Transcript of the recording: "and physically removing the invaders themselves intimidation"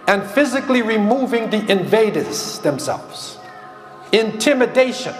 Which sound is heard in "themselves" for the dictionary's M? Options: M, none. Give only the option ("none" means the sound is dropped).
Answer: M